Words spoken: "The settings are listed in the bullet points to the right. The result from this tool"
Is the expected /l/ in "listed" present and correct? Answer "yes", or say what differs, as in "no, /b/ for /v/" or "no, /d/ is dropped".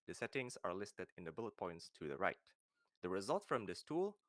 yes